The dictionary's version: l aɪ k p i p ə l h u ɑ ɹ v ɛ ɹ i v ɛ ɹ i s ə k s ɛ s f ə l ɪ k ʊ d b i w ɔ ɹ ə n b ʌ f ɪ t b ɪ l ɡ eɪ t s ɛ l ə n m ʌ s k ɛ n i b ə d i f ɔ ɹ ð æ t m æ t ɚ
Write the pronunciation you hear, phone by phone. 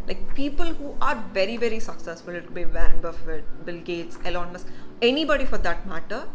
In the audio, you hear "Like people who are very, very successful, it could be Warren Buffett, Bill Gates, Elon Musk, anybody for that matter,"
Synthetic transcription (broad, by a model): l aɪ k p i p ə l h u ɑ ɹ v ɛ ɹ i v ɛ ɹ i s ə k s ɛ s f ə l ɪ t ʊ b i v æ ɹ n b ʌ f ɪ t b ɪ l ɡ eɪ t s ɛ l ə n m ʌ s ɛ n i b ə d i f ɔ ɹ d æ t m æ t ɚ